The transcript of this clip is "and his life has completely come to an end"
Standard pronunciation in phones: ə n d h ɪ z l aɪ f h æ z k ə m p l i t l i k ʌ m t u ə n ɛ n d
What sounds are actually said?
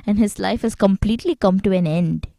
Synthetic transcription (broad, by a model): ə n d h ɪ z l aɪ f h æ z k ə m p l i t l i k ʌ m t u ə n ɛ n d